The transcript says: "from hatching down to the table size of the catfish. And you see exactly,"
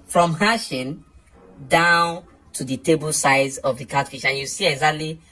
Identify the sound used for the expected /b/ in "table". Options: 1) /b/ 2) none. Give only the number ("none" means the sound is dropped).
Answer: 1